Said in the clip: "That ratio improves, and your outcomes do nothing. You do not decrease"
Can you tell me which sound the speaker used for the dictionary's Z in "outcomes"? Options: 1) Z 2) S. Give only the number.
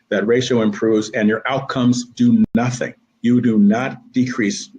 1